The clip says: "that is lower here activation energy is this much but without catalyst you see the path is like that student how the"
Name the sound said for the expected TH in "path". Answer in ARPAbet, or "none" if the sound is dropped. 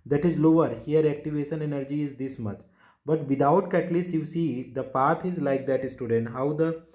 T